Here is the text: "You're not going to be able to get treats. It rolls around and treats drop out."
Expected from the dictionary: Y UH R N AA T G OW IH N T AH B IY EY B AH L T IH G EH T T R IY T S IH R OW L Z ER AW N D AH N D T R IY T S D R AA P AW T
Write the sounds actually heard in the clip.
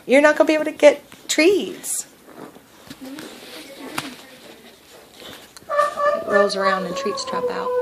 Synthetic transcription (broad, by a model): Y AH R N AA T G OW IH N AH B IY EY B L T IH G EH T T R IY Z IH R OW Z ER AW N D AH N T R IY T S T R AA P AW T